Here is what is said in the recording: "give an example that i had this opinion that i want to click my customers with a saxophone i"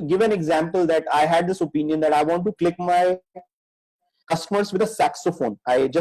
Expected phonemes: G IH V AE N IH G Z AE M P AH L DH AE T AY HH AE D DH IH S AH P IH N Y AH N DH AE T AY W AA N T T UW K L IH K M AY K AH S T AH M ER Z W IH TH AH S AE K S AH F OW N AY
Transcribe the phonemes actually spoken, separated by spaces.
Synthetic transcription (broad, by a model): G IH V AE N IH G Z AE M P AH L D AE T AY HH AE D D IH S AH P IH N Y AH N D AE T AY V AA N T T UW K L IH K M AY K AH S T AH M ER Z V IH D AH S AE K S AH F OW N AY